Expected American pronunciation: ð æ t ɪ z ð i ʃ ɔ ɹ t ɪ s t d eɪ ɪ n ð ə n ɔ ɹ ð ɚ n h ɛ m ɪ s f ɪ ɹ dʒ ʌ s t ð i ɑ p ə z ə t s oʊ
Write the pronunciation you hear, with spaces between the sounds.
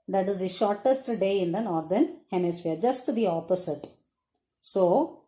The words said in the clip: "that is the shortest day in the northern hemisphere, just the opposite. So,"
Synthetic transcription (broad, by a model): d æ t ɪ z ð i ʃ ɔ ɹ t ɪ s t d eɪ ɪ n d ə n ɔ ɹ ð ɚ n h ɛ m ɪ s f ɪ ɹ dʒ ʌ s t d i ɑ p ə s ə t s oʊ